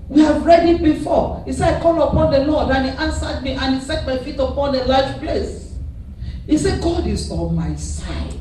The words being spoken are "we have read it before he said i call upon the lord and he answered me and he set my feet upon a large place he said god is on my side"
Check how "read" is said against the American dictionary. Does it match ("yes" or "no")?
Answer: yes